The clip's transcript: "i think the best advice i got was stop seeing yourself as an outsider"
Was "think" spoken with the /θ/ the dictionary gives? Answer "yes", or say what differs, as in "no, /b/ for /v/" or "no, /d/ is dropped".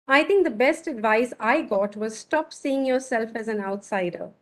no, /t/ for /θ/